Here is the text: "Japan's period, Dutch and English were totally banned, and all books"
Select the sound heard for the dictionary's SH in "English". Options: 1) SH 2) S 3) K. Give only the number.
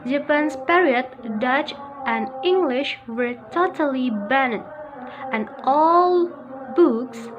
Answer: 1